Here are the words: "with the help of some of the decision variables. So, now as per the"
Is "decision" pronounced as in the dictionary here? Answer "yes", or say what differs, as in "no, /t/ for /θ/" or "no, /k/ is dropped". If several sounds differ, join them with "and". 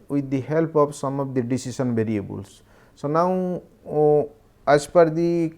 no, /s/ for /ʒ/